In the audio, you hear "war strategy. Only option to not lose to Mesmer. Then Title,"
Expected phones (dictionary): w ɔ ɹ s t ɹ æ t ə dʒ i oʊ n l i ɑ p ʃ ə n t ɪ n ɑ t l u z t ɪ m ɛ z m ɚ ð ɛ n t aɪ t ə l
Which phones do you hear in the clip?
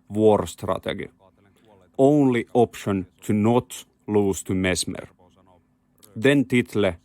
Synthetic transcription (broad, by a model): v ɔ ɹ s t ɹ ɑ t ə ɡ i oʊ n l i ɑ p ʃ ə n t ɪ n ɑ t l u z t ɪ m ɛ s m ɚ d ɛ n t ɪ t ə